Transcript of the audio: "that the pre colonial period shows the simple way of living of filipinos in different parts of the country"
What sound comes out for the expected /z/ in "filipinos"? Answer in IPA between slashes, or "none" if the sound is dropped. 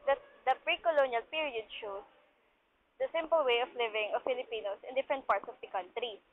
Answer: /s/